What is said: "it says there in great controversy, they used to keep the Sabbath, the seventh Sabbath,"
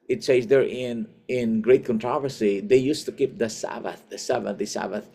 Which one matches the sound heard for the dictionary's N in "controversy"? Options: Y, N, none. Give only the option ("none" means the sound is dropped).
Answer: N